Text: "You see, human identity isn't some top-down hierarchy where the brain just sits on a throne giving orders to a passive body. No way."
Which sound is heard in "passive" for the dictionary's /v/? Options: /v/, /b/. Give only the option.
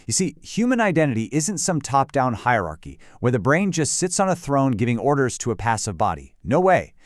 /v/